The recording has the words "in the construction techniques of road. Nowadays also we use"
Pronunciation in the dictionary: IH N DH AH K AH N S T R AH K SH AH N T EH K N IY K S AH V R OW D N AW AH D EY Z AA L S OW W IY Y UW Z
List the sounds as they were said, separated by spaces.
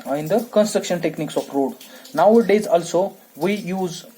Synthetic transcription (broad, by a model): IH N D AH K AH N S T R AH K SH AH N T EH K N IY K S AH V R OW D N AW AH D EY Z AA L S OW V IY Y UW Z